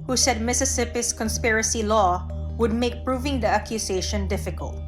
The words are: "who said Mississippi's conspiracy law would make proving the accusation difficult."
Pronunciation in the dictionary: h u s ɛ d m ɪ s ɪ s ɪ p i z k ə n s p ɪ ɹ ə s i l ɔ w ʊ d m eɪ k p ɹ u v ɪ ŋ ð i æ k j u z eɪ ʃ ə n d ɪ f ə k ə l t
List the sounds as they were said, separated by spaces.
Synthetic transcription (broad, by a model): h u s ɛ d m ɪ s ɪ s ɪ p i s k ə n s p ɪ ɹ ə s i l ɔ w ʊ d m eɪ k p ɹ u v ɪ ŋ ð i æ k j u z eɪ ʃ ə n d ɪ f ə k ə l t